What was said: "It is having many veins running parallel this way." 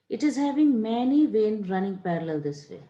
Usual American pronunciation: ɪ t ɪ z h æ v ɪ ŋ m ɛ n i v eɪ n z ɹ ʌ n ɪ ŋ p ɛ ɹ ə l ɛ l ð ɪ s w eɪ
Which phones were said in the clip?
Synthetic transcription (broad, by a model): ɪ t ɪ z h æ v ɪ ŋ m ɛ n i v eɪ n ɹ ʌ n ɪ ŋ p ɛ ɹ ə l ɛ l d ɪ s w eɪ